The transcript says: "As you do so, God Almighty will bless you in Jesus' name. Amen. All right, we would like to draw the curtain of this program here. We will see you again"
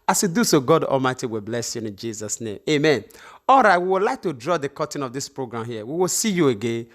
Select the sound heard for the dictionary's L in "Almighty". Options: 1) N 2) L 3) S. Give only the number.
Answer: 2